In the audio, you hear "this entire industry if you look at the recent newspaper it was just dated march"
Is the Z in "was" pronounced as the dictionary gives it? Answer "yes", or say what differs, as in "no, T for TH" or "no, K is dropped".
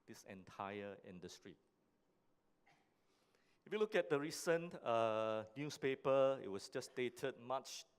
no, S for Z